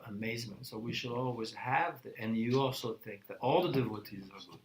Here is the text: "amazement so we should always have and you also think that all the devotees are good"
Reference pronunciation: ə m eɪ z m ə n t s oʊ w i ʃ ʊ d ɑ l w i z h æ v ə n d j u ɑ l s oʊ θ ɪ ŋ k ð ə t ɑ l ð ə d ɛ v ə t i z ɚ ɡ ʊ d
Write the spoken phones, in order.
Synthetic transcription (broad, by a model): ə m eɪ z m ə n t s oʊ w i ʃ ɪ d ɑ l w i z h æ v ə n j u ɑ l s oʊ θ ɪ ŋ k ð ə t ɑ l ð ə d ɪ v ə t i z ɚ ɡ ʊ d